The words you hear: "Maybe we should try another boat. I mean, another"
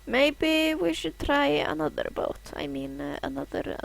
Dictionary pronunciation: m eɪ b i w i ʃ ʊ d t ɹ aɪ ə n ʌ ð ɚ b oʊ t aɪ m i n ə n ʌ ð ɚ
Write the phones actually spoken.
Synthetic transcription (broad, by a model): m eɪ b i w i ʃ ʊ d t ɹ aɪ ə n ʌ ð ɚ b oʊ t aɪ m i n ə n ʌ ð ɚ